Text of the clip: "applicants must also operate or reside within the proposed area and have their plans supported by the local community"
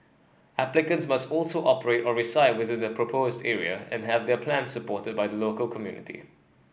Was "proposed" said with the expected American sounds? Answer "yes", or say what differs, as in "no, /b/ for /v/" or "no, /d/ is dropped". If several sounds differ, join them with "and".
yes